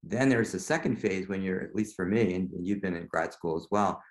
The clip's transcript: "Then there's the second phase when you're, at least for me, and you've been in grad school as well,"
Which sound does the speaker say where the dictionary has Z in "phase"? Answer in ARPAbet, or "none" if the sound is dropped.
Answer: Z